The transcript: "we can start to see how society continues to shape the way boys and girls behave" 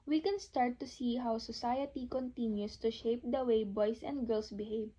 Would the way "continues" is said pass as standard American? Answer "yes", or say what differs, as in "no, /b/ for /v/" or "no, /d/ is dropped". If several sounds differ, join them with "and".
no, /s/ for /z/